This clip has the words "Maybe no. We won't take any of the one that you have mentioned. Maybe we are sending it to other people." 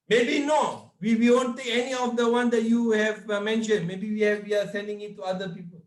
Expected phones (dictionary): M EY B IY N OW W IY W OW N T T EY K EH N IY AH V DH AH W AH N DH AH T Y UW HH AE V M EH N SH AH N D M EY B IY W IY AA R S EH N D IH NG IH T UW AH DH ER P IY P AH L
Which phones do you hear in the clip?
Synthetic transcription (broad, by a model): M EY B IY N OW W IY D OW N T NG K EH N IY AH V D AH W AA N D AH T Y UW HH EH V M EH N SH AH N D M EY B IY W IY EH W S EH N D IH NG IH T UW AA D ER P IY P AH L